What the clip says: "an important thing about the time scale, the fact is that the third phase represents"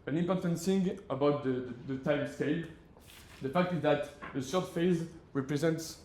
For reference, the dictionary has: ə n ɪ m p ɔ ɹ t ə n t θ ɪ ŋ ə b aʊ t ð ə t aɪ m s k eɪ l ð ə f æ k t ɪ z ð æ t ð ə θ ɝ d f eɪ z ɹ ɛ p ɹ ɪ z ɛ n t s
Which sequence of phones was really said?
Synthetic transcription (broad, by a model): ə n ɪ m p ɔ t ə n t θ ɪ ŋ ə b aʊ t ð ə t aɪ m s k eɪ l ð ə f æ k t ɪ z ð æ t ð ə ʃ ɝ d f eɪ z ɹ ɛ p ɹ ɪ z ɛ n t s